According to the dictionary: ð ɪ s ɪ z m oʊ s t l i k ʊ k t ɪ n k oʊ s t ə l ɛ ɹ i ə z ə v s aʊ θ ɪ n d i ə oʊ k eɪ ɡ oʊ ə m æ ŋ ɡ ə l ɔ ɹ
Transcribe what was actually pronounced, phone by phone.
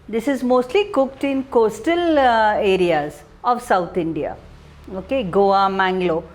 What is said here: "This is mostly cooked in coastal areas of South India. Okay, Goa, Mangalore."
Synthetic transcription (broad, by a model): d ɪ s ɪ z m oʊ s t l i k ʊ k t ɪ n k oʊ s t ə l ɛ ɹ i ə z ə v s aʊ t ɪ n d i ə oʊ k eɪ ɡ oʊ ə m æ ŋ ɡ l ɔ